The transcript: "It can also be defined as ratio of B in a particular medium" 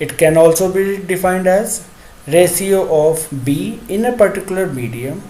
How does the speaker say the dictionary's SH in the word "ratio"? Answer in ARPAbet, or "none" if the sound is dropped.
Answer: S